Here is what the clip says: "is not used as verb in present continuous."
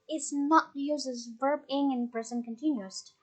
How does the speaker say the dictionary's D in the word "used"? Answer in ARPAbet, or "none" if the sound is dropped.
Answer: none